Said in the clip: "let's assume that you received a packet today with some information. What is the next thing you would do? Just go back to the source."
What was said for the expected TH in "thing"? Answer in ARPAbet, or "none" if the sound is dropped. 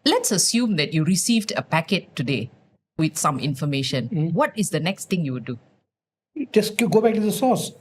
T